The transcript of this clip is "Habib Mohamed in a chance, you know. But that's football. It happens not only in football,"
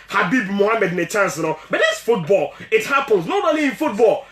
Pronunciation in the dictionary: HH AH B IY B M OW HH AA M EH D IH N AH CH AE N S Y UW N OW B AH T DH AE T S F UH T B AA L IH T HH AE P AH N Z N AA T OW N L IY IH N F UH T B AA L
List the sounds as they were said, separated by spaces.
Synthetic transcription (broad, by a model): HH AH B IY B M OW HH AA M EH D IH N AH CH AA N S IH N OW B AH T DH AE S F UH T B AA L IH T HH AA P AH N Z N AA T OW L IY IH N F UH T B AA L